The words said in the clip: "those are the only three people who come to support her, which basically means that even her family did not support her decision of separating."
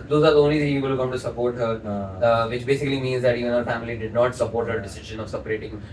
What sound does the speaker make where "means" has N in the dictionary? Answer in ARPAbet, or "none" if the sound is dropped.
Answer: N